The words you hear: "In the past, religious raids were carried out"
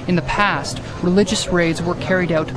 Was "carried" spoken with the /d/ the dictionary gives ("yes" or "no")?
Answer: yes